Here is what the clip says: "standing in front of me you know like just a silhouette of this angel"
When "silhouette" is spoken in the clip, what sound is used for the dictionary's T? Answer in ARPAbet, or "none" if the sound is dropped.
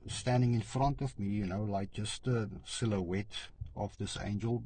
T